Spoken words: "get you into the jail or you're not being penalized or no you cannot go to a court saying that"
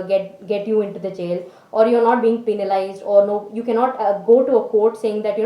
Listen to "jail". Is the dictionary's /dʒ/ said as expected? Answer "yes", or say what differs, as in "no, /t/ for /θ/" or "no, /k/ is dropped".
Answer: no, /tʃ/ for /dʒ/